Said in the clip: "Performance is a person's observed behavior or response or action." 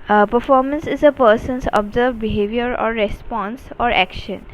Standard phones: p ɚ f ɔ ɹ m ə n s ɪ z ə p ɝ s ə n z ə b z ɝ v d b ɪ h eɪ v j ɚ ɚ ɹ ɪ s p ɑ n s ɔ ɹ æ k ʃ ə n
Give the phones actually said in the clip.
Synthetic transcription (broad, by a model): p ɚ f ɔ ɹ m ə n s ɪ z ə p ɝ s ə n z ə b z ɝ d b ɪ h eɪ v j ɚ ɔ ɹ ɪ s p ɑ n s ɔ ɹ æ k ʃ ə n